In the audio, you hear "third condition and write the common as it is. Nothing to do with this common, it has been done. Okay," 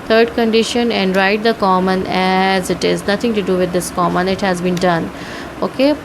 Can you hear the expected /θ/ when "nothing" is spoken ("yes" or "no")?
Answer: no